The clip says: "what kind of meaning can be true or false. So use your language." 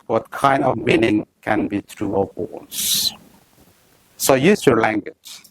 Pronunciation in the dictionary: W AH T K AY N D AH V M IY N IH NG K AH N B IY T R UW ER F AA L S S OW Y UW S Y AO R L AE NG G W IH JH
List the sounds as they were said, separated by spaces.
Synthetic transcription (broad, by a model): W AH T K AY N D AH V M IY N IH NG K AH N B IY T R UW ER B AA N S S OW Y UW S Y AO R L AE NG G W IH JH